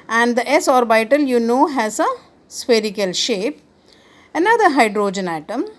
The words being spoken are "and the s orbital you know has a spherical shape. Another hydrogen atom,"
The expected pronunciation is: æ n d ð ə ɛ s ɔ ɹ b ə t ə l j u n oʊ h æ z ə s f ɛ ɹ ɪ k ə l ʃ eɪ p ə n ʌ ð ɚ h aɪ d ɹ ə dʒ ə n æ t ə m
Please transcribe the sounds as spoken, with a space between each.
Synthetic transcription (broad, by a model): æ n d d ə ɛ s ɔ ɹ b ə t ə l j u n oʊ h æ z ə s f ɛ ɹ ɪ k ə l ʃ eɪ p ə n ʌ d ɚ h aɪ d ɹ ə dʒ ə n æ t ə m